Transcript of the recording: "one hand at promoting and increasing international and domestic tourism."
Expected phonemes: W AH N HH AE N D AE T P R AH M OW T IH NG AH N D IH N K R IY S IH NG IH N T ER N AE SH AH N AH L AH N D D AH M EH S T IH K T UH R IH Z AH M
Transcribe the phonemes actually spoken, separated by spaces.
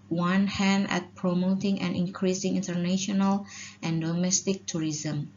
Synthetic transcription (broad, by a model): W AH N HH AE N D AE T P R AH M OW T IH NG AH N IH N K R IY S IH NG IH N T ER N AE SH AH N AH L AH N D D AH M EH S T IH K T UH R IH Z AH M